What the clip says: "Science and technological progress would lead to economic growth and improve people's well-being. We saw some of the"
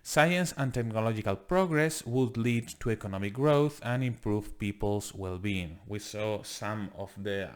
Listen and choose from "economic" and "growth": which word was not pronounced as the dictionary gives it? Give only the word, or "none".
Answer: none